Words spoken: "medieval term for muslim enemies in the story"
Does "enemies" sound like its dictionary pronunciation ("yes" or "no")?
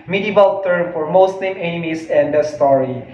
no